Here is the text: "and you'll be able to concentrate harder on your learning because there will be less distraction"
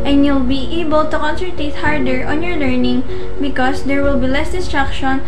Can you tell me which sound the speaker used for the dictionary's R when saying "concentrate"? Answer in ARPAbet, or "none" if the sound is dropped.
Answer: none